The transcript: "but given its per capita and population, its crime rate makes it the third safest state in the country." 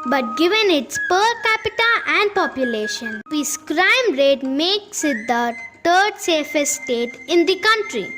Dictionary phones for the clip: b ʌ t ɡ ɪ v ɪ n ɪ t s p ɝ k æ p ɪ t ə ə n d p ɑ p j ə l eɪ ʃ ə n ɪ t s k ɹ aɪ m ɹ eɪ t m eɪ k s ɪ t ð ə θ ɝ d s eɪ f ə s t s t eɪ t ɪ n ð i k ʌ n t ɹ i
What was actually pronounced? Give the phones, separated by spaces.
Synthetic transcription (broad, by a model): b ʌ t ɡ ɪ v ɪ n ɪ t s p ɝ k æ p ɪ t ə ə n d p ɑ p j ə l eɪ ʃ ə n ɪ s k ɹ aɪ m ɹ eɪ t m eɪ k s ɪ t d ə t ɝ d s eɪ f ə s s t eɪ t ɪ n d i k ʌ n t ɹ i